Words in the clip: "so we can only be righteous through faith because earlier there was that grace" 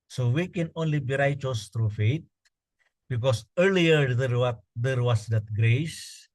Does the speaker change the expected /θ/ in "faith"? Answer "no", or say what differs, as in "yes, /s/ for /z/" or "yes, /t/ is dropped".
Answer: yes, /t/ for /θ/